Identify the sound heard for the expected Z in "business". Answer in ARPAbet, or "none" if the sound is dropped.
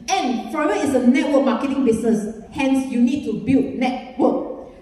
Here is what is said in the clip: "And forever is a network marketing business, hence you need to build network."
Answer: S